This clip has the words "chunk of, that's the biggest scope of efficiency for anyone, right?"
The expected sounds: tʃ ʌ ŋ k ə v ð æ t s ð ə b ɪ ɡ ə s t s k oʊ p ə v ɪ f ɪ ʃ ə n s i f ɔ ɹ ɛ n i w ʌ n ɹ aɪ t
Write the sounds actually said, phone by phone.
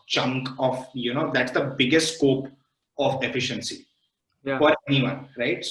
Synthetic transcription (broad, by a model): tʃ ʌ ŋ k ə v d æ t s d ə b ɪ ɡ ə s t s k oʊ p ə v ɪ f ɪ ʃ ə n s i f ɔ ɹ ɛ n i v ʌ n ɹ aɪ t